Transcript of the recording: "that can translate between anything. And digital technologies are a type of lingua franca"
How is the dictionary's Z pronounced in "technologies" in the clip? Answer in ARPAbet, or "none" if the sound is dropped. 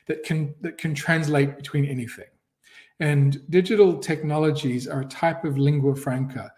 Z